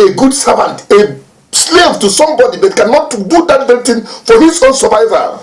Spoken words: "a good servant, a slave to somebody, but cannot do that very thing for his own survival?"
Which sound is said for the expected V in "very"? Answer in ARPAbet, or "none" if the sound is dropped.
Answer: B